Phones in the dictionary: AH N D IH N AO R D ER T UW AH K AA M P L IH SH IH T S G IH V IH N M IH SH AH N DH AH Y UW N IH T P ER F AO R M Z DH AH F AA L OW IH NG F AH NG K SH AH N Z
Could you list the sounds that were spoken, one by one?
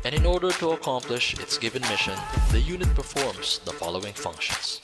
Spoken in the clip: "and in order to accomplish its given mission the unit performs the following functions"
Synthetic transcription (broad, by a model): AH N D IH N AO R D ER T UW AH K AA M P L IH SH IH T S G IH V IH N M IH SH AH N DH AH Y UW N IH T P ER F AO R M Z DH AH F AA L OW IH NG F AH NG K SH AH N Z